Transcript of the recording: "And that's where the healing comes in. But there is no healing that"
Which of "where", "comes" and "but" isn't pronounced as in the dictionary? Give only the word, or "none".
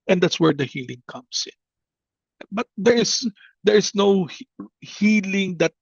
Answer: comes